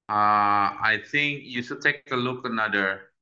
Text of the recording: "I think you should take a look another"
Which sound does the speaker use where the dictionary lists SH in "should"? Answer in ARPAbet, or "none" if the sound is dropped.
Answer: S